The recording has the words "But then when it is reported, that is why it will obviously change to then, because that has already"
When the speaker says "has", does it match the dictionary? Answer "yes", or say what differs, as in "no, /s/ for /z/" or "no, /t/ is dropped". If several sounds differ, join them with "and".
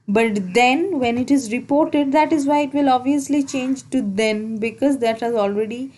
yes